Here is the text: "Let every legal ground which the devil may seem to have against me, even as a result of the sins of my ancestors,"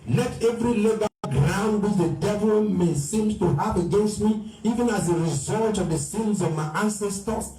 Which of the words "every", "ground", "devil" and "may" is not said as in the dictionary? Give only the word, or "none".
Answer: none